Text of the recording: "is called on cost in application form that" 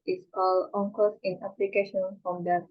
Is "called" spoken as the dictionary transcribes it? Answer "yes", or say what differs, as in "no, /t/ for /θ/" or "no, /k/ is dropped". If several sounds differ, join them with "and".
no, /d/ is dropped